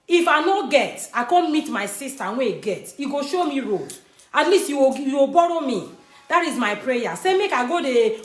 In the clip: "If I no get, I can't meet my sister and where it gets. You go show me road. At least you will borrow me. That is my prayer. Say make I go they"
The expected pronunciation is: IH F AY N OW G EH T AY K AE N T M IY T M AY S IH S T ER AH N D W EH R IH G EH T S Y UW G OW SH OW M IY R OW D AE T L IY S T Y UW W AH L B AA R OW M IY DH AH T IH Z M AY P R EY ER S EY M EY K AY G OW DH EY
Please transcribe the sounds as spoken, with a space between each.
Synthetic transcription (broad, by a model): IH F AY N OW G EH T AY K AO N M IY T M AY S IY S T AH W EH IH G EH T Y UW G OW SH OW M IY R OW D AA T L IY S T Y UW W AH W B AA R OW M IY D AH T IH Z M AY P R EY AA S EY M EY K AY G OW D EY